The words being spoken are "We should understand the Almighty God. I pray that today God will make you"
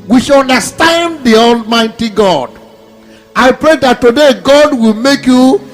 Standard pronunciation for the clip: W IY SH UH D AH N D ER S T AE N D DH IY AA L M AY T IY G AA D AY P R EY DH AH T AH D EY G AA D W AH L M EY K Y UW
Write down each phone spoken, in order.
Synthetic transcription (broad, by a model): W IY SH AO N D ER S T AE N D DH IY AA L M AY T IY G AA D AY P R EY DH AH T AH D EY G AA D W AH L M EY K Y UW